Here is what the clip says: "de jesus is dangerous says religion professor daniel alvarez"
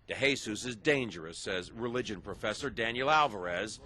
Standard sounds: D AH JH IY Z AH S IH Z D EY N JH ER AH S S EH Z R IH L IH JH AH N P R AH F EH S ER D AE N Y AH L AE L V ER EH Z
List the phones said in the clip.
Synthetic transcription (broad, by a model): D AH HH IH S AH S IH Z D EY N JH ER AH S S EH Z R IH L IH JH AH N P R AH F EH S ER D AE N Y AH L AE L V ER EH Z